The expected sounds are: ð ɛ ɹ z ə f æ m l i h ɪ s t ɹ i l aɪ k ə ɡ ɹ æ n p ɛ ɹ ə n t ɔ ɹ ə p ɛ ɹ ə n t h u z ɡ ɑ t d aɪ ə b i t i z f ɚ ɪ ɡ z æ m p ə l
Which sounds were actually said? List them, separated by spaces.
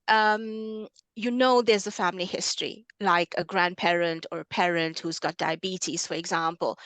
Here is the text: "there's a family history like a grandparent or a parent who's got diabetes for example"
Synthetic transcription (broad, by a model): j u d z ə f æ m l i h ɪ s t ɹ i l aɪ k ə ɡ ɹ æ n p ɛ ɹ ə n t ɔ ɹ ə p ɛ ɹ ə n t h u z ɡ ɑ t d aɪ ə b i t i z f ɚ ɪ ɡ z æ m p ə l